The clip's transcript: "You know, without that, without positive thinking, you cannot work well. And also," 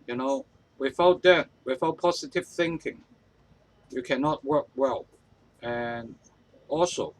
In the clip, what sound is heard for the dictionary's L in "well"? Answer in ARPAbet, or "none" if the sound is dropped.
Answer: L